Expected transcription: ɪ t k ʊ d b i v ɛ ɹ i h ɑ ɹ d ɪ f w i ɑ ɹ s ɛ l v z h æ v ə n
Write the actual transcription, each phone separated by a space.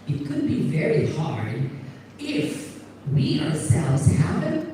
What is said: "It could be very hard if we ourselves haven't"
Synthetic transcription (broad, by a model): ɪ t k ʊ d b i v ɛ ɹ i h ɑ ɹ d ɪ f w i ɑ ɹ s ɛ l v z h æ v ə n